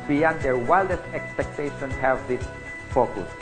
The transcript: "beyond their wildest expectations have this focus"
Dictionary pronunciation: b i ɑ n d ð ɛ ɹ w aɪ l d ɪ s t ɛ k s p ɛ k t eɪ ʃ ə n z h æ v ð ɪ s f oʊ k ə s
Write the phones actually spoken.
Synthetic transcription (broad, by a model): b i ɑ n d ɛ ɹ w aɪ l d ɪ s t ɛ k s p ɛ k t eɪ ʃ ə n h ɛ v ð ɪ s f oʊ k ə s